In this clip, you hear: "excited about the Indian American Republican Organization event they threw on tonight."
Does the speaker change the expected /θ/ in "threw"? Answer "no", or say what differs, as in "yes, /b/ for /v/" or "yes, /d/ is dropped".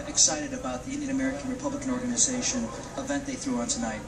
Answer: no